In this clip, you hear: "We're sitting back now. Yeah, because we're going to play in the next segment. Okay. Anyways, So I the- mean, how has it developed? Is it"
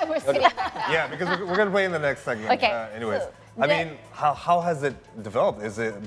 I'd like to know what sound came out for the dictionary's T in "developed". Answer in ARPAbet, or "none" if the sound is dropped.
T